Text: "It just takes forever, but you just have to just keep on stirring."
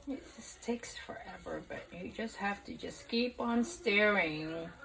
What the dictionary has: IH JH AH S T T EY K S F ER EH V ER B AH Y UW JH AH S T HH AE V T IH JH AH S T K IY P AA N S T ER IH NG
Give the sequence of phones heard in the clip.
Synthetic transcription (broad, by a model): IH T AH S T T EY K S F ER EH V ER B AH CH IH JH AH S T HH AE F T IH JH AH S K IY P N S T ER IH NG